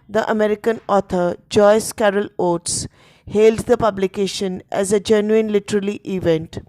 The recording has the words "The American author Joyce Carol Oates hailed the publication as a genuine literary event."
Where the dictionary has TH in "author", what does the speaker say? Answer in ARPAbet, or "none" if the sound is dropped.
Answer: T